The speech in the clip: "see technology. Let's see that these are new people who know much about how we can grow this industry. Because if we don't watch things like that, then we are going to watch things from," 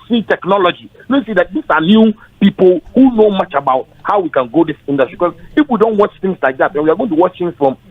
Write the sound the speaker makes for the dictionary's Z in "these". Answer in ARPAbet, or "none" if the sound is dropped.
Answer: S